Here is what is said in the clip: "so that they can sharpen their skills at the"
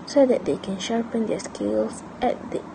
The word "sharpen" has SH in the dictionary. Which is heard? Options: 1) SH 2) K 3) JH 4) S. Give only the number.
1